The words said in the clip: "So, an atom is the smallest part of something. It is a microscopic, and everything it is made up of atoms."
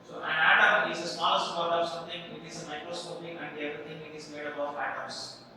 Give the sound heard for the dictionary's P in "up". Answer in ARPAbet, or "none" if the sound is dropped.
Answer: B